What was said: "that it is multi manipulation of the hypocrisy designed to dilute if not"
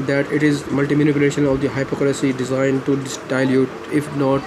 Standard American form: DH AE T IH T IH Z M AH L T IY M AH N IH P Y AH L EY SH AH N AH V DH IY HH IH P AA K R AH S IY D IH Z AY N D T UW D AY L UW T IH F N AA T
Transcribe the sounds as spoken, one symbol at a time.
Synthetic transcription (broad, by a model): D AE T IH T IH Z M AH L T IY M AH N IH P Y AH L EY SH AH N AH V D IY HH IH P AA K L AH S IY D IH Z AY N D T UW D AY L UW T IH F N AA T